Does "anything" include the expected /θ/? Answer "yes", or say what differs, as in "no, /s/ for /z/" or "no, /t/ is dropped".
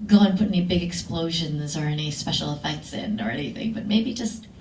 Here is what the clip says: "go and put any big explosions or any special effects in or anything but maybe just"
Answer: yes